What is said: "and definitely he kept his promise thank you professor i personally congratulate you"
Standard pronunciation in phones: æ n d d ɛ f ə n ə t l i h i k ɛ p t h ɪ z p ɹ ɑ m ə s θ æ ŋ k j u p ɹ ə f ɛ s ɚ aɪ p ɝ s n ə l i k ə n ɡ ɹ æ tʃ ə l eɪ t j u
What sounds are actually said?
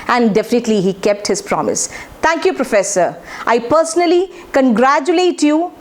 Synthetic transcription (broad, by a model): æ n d d ɛ f ə n ə t l i h i k ɛ p t h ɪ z p ɹ ɑ m ə s t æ ŋ k j u p ɹ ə f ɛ s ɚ aɪ p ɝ s n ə l i k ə n ɡ ɹ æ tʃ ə l eɪ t j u